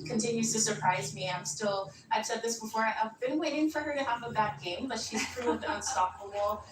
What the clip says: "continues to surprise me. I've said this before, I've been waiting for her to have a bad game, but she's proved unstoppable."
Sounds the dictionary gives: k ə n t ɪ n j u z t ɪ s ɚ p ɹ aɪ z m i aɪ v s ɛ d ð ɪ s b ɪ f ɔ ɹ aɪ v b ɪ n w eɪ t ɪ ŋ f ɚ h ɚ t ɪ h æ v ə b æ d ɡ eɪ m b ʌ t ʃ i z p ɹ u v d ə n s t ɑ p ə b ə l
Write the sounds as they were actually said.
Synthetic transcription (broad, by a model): k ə n t ɪ n j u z t ɪ s ɚ p ɹ aɪ z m i aɪ v s ɛ d ð ɪ s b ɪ f ɔ ɹ aɪ v b ɪ n w eɪ t ɪ ŋ f ɚ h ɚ t ɪ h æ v ə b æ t ɡ eɪ m b ʌ t ʃ i z p ɹ u v d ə n s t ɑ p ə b l